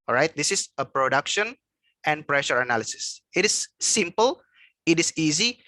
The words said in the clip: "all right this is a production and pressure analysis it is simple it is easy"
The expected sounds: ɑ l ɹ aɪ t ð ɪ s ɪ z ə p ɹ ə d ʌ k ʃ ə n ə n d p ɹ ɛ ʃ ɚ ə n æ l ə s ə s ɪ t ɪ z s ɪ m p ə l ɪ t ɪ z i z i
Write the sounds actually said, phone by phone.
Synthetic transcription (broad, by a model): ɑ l ɹ aɪ t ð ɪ s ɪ s ə p ɹ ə d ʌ k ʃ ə n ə n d p ɹ ɛ ʃ ɚ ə n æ l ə s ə s ɪ t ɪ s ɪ m p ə l ɪ t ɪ s i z i